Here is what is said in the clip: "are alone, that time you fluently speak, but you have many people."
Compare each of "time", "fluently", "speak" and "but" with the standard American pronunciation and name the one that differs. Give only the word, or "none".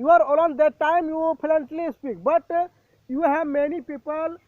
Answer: fluently